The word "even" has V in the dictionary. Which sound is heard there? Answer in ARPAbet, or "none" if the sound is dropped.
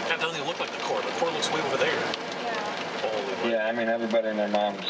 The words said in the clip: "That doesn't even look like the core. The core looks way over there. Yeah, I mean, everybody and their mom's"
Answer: none